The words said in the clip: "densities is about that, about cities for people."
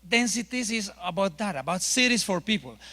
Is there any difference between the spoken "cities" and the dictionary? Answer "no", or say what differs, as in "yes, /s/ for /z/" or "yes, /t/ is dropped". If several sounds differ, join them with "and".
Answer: yes, /s/ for /z/